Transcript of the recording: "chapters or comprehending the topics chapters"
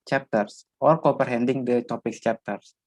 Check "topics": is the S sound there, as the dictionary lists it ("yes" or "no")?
no